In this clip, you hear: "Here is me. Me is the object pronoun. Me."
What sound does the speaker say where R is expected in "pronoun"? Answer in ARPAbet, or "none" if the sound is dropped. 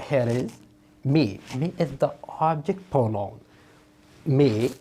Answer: none